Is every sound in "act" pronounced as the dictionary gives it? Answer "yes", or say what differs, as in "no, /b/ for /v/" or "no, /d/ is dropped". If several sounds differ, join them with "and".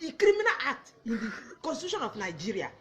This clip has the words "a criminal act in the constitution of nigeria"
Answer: no, /k/ is dropped